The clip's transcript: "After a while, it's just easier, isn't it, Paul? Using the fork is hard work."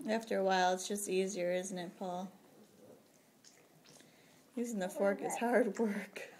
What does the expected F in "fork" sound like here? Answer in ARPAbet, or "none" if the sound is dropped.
F